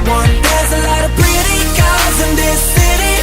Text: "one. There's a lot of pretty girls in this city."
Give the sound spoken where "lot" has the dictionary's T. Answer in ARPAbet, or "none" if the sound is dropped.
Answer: T